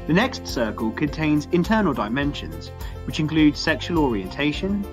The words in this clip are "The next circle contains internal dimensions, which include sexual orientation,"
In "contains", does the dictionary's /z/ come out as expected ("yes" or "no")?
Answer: yes